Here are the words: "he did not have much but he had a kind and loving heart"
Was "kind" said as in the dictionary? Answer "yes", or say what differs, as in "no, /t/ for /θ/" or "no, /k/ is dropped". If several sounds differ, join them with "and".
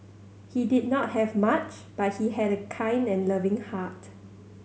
yes